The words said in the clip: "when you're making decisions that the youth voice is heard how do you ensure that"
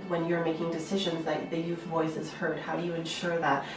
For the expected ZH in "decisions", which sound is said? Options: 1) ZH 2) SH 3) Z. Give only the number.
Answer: 1